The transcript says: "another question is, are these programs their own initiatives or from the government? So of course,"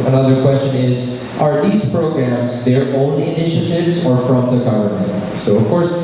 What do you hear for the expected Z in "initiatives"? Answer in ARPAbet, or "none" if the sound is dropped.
Z